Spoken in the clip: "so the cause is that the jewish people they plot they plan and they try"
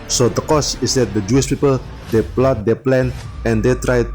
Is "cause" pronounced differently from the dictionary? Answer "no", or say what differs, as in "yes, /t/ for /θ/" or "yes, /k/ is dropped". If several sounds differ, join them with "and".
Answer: yes, /s/ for /z/